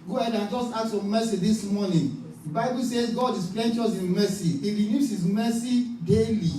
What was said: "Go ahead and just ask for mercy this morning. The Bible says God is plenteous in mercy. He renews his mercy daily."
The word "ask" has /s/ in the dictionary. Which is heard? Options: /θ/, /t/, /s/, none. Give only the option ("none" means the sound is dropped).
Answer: none